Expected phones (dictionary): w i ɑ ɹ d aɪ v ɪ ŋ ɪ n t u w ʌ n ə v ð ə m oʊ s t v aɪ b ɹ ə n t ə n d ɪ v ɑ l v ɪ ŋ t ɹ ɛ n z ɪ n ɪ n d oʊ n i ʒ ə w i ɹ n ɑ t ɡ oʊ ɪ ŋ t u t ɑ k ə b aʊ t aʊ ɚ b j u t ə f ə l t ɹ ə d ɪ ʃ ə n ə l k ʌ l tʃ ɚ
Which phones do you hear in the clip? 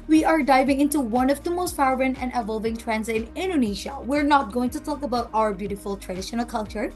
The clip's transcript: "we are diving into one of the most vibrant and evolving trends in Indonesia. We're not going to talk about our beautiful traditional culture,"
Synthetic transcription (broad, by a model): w i ɑ ɹ d aɪ v ɪ ŋ ɪ n t u w ʌ n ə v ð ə m oʊ s t f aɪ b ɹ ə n ə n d ɪ v ɑ l v ɪ ŋ t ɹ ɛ n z ɪ n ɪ n d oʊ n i ʃ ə w i ɹ n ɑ t ɡ oʊ ɪ ŋ t u t ɑ k ə b aʊ t aʊ ɚ b j u t ə f ə l t ɹ ə d ɪ ʃ ə n ə l k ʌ l tʃ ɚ